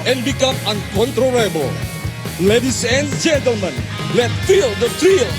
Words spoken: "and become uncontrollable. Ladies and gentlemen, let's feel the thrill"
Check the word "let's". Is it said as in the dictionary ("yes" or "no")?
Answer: no